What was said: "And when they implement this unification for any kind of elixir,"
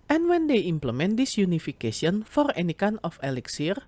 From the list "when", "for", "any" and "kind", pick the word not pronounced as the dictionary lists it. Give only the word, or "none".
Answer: kind